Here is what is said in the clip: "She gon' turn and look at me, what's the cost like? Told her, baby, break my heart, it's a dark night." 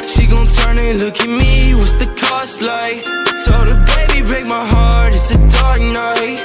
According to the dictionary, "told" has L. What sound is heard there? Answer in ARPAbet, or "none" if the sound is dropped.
none